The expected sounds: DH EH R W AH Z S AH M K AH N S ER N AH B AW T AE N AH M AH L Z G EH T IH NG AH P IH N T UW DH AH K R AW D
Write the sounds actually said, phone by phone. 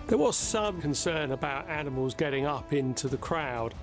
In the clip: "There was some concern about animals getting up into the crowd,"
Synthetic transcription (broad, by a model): DH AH R W AH Z S AH M K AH N S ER N AH B AW T AE N AH M AH L Z G EH T IH NG AH P IH N T UW DH AH K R AW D